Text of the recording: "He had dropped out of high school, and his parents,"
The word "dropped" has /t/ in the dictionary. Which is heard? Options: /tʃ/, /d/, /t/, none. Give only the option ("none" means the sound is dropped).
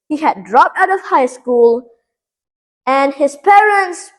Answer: /t/